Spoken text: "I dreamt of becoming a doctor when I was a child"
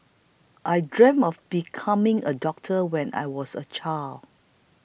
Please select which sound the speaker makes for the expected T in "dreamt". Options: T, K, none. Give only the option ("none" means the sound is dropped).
none